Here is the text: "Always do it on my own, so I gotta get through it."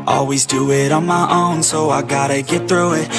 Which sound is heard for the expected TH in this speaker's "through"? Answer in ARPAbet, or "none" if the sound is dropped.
TH